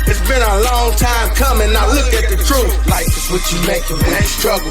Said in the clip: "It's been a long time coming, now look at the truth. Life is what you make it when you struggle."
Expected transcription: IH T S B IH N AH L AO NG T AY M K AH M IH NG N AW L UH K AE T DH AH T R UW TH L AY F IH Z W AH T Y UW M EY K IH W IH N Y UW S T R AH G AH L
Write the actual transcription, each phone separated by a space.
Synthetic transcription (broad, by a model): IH T S B IH N AH L AO NG T AY M K AH M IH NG N AW L UH K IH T DH AH T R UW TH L AY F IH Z W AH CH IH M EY IH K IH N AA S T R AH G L